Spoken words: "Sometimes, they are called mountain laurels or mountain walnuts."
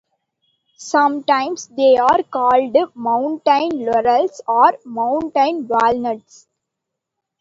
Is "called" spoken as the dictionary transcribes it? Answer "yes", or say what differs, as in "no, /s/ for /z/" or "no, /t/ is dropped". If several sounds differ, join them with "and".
yes